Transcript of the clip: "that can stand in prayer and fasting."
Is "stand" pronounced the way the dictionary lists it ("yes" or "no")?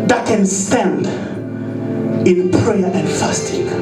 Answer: yes